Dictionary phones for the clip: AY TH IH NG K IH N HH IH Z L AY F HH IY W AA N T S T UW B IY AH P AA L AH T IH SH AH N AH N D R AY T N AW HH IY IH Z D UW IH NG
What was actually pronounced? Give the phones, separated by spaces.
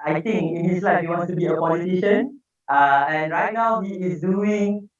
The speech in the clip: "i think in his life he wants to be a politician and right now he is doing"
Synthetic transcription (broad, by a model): AY T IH NG K IH N HH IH S L AY F HH IY W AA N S T UW B IY AH P AA L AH T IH SH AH N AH N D R AY T N AW HH IY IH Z D UW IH NG